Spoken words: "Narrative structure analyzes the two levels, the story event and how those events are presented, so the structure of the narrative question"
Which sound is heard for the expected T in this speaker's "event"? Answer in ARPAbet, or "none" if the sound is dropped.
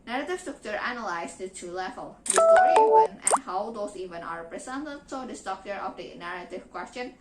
none